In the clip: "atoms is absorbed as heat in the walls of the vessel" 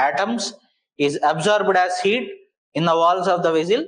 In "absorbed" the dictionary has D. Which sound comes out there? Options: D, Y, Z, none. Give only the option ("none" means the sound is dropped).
D